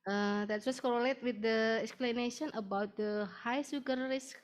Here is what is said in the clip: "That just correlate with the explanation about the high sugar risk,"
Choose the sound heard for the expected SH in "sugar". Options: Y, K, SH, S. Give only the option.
S